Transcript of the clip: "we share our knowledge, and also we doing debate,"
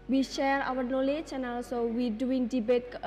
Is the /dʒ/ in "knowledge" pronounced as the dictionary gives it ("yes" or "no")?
no